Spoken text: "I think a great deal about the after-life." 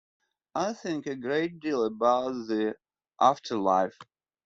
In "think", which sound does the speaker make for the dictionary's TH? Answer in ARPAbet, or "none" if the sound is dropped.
TH